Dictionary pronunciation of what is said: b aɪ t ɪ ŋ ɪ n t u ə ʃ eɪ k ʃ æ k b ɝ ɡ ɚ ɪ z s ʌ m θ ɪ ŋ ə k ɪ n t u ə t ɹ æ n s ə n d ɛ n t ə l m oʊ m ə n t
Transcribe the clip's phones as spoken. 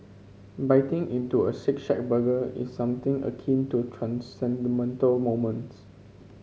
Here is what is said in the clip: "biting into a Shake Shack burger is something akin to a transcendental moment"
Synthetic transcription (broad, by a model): b aɪ t ɪ ŋ ɪ n t u ə s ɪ k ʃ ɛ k b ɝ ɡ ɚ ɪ s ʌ m t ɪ ŋ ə k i n t u t ɹ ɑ n s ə n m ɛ n t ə l m oʊ m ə n t